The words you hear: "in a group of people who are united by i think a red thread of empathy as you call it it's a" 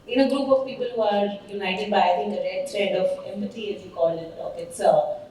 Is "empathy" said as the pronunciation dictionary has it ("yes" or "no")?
no